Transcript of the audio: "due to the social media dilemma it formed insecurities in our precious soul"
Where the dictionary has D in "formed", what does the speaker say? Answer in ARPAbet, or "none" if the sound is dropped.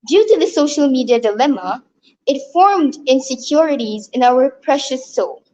D